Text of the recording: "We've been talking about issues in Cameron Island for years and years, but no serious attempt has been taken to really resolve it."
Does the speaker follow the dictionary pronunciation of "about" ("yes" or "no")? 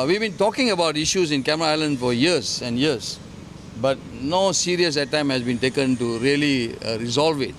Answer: yes